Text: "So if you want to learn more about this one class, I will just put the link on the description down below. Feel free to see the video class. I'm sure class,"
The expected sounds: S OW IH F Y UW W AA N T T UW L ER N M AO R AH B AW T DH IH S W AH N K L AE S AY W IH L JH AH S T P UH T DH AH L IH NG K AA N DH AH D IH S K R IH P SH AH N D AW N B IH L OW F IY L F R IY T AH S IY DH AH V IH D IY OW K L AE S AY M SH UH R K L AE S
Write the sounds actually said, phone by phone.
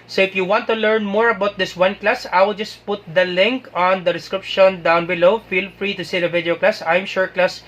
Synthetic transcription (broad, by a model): S OW IH F Y UW W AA N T T UW L ER N M AO R AH B AW T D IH S W AH N K L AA S AY W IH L JH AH S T P UH T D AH L IH NG K AA N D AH D IH S K R IH P SH AH N D AW N B IH L OW F IY L F R IY T AH S IY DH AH V IH D IY OW K L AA S AY M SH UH R K L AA S